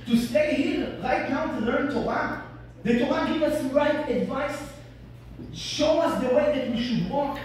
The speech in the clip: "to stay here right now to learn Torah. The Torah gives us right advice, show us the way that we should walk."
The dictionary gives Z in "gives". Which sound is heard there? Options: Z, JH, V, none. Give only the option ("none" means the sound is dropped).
none